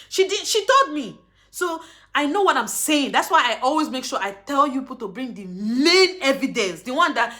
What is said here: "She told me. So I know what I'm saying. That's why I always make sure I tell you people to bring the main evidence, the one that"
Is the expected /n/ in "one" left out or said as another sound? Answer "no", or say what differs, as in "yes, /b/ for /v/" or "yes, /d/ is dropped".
no